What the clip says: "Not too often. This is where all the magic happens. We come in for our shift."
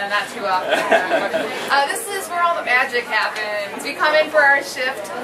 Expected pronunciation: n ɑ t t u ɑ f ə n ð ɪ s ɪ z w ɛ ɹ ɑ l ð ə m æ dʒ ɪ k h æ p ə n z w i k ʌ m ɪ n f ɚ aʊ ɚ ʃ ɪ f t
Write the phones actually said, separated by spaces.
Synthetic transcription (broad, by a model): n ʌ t t u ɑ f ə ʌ ð ɪ s ɪ z w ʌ ɹ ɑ n ð ə m æ dʒ ɪ k h æ p ə n z w i k ʌ m ɪ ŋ f ɚ aʊ ɚ ʃ ɪ f t